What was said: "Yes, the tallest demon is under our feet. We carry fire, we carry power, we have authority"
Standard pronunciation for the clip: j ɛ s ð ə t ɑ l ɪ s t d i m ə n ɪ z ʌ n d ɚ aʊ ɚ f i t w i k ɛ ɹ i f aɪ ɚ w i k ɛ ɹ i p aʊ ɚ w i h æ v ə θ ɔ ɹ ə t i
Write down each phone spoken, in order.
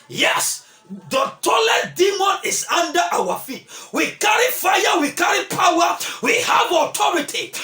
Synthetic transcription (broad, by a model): j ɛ s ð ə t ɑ l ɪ t d i m ə n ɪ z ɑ n d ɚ aʊ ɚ f i t w i k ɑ ɹ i f aɪ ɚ w i k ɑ ɹ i p aʊ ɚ w i h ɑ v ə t ɔ ɹ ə t i